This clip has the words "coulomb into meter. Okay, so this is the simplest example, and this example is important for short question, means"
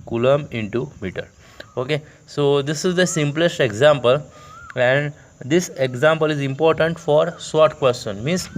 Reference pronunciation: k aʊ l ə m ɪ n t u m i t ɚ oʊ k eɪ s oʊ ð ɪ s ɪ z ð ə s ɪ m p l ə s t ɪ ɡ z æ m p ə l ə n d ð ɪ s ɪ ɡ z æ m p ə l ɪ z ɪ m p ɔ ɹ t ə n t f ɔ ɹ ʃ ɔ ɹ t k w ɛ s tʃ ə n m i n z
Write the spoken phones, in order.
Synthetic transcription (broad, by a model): k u l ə m ɪ n t u m i t ɚ oʊ k eɪ s oʊ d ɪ s ɪ z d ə s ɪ m p l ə s t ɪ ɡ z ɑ m p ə l ə n d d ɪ s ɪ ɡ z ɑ m p ə l ɪ z ɪ m p ɔ ɹ t ə n t f ɔ ɹ s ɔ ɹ t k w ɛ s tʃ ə n m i n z